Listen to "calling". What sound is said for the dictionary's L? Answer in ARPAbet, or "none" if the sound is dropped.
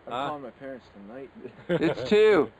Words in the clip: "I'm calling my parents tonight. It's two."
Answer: none